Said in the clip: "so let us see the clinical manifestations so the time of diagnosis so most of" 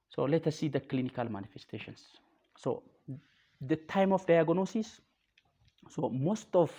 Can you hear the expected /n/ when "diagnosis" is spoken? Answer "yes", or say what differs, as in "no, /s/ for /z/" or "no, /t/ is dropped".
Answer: yes